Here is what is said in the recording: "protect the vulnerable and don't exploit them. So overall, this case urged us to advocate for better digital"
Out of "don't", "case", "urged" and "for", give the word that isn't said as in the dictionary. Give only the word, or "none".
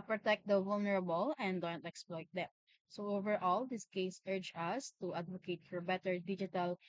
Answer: urged